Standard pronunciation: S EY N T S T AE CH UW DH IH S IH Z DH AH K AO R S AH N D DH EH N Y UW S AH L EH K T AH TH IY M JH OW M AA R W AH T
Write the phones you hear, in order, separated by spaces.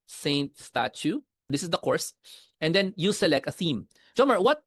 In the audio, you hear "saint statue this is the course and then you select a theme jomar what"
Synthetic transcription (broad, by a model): S EY N T S T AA CH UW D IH S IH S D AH K AO R S AH N D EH N Y UW S AH L EH K T AH TH IY M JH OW M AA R W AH T